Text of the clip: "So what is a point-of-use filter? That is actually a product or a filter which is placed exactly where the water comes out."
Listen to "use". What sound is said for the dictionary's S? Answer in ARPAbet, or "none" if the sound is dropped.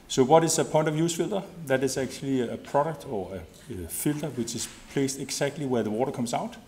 S